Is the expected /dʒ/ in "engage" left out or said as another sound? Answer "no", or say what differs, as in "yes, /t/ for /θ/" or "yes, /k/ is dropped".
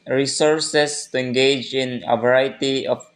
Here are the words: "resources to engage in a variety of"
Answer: no